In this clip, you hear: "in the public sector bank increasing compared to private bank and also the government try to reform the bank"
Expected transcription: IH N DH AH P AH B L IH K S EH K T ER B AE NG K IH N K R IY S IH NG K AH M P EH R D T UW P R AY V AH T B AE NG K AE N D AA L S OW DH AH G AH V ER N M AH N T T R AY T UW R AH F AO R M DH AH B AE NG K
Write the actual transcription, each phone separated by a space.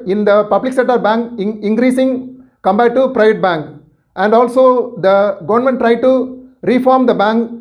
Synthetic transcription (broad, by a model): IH N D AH P AH B L IH K S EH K T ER B AE NG K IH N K R IY S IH NG K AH M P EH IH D T UW P R AY V AH T B AE NG K AE N D AA L S OW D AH G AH V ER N M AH N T T R AY T UW R AH F AO R M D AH B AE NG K